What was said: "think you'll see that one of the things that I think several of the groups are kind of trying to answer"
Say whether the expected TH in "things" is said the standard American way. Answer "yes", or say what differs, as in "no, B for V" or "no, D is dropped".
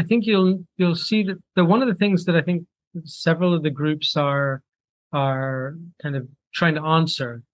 yes